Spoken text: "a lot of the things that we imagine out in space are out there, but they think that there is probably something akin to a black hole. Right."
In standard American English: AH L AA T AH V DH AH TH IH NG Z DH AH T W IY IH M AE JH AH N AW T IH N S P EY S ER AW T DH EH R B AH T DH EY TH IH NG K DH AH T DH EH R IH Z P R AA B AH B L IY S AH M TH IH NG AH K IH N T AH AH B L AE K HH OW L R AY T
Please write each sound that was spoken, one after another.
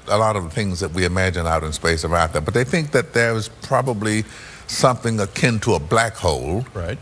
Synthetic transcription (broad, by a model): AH L AA T AH V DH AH TH IH NG Z DH AH T W IY IH M AE JH AH N AW T IH N S P EY S ER AW T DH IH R B AH T DH EY TH IH NG K DH AH T DH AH R IH Z P R AA B AH B L IY S AH M TH IH NG AH K IH N T AH AH B L AE K HH OW L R AY T